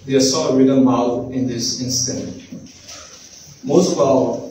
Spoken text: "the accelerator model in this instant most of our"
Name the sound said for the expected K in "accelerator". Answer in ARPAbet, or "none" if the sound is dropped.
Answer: none